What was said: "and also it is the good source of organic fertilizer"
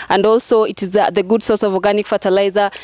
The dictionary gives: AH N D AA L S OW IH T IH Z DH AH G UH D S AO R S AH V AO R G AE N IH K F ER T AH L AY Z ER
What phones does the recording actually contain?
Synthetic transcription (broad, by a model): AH N D AA L S OW IH T IH Z DH AH G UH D S AO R S AH V AO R G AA N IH K F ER T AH L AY Z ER